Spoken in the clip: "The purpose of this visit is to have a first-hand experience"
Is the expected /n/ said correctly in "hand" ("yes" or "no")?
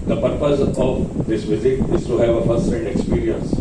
no